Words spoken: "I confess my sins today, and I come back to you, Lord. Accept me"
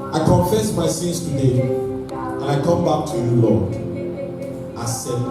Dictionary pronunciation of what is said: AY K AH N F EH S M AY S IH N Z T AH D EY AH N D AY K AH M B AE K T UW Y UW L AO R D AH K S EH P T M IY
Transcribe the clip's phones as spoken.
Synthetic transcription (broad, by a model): AY K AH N F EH S M AY S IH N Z T AH D EY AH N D AY K AH M B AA K T UW Y UW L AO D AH S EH